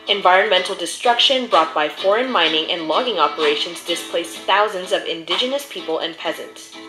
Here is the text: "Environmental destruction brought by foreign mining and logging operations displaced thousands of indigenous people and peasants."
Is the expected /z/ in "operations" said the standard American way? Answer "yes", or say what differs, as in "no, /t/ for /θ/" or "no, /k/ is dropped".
yes